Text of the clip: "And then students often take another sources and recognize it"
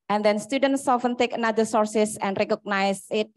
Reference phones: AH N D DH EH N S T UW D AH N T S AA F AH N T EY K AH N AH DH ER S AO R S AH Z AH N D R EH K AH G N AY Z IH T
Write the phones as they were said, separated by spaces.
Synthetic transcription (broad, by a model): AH N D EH N S T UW D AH N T S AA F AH N T EY K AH N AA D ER S AO R S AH S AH N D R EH K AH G N AY S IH T